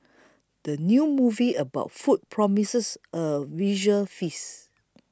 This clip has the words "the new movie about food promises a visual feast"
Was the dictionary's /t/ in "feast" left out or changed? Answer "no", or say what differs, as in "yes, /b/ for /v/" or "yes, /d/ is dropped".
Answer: yes, /t/ is dropped